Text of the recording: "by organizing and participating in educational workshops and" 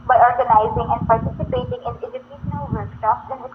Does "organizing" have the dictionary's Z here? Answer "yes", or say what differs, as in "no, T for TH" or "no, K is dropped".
yes